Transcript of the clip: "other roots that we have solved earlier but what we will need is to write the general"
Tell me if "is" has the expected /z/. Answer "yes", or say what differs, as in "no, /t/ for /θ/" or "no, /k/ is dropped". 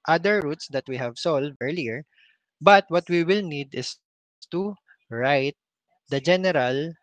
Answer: no, /s/ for /z/